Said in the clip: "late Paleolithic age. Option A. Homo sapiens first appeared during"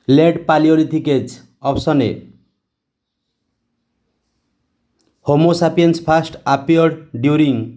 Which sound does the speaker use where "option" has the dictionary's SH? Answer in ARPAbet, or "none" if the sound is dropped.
S